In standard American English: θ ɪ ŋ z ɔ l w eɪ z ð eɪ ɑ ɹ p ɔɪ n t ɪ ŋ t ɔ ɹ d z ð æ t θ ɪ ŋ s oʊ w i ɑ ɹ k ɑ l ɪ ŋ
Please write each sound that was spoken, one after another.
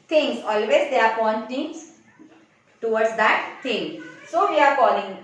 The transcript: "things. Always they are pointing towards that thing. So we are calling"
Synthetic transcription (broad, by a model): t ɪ ŋ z ɔ l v eɪ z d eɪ ɑ ɹ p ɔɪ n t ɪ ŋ t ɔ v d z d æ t t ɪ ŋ s oʊ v i ɑ ɹ k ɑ l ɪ ŋ